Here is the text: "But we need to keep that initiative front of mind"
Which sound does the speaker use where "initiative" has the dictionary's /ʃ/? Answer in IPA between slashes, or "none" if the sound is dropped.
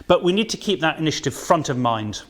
/ʃ/